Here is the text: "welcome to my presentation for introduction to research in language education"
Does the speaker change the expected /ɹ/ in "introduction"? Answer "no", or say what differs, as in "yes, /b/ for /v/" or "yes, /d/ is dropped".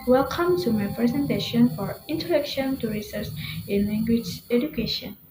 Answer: yes, /ɹ/ is dropped